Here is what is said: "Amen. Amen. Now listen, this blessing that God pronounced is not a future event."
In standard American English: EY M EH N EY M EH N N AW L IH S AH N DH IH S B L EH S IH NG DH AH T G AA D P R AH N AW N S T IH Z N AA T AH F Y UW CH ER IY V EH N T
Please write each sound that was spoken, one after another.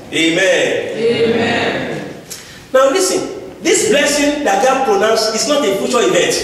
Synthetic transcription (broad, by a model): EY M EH N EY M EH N N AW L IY S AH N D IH S B L EH S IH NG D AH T G AA D P R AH N AW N S IH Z N AA T AH F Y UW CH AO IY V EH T